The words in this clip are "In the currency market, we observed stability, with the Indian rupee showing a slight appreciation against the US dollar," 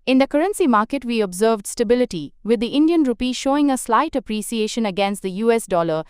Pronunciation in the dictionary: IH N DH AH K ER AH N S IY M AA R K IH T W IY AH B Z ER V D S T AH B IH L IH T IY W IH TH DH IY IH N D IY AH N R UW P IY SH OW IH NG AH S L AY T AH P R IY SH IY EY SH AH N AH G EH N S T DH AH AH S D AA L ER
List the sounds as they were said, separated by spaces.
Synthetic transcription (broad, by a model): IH N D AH K ER AH N S IY M AA R K IH T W IY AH B Z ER V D S T AH B IH L IH T IY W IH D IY IH N D IY AH N R UW P IY SH OW IH NG AH S L AY T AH P R IY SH IY EY SH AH N AH G EH N S T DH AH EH S D AA L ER